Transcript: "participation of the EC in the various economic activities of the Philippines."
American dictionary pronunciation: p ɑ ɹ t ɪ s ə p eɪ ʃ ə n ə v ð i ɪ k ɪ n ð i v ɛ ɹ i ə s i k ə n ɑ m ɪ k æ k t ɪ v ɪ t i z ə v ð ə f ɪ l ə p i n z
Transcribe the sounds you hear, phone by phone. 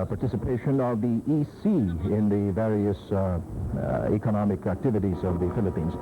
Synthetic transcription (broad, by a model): p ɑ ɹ t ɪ s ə p eɪ ʃ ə n ə v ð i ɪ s ɪ n ð i v ɛ ɹ i ə s i k ə n ɑ m ɪ k æ k t ɪ v ɪ t i z ə v ð ə f ɪ l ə p i n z